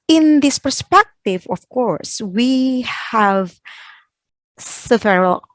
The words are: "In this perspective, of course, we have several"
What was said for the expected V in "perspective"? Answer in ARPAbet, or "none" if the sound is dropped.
V